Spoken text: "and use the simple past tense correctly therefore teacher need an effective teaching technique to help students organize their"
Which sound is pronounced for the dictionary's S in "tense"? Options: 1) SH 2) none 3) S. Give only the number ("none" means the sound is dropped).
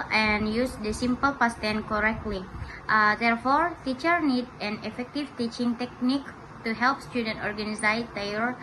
2